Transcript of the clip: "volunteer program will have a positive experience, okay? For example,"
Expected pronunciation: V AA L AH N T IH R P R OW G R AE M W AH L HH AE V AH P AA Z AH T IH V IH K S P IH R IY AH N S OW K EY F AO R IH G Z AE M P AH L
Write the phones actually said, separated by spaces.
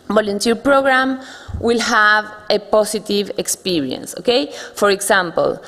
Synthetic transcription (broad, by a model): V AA L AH N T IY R P R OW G R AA M W AH L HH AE V AH P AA S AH T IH V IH K S P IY R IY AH N S OW K EY F AO R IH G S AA M P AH L